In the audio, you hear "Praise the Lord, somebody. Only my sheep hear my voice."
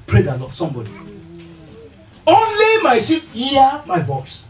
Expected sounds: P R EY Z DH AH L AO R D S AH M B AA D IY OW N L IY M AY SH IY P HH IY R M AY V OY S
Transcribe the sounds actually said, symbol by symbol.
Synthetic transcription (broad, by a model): P R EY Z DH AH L AO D S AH M B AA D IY OW N L IY M AY S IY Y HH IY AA M AY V OY S